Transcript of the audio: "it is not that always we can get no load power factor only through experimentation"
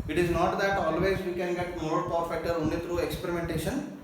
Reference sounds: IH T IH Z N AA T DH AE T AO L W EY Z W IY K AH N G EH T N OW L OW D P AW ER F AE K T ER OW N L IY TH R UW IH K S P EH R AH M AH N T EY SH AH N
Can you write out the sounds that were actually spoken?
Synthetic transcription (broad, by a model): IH T IH Z N AA T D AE T AO L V EY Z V IY K AH N G EH T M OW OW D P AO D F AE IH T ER OW N L IY T R UW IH K S P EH R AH M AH N T EY SH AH N